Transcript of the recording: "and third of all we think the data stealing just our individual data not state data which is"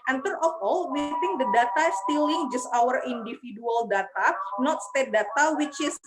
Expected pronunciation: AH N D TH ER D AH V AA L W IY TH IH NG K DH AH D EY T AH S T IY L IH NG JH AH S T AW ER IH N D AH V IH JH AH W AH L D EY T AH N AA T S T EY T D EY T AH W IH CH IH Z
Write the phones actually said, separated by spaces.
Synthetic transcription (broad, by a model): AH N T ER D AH F AA L W IY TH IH NG K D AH D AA T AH S T IY L IH NG JH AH S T AW ER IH N D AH F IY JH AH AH L D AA T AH N AA T S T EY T D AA T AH W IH CH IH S